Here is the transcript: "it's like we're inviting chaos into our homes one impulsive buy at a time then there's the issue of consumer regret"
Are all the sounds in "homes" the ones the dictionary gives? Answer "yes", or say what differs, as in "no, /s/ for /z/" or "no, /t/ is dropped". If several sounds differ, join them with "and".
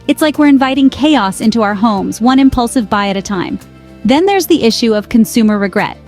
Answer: yes